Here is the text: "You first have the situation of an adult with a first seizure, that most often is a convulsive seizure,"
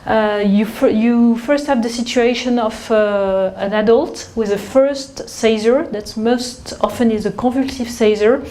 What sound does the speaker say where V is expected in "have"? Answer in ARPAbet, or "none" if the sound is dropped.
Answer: V